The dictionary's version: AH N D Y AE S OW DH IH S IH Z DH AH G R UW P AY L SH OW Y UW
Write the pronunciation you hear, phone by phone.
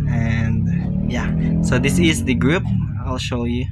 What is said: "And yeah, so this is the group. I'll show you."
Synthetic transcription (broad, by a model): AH N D Y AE S OW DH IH S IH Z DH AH G R UW P AY L SH OW Y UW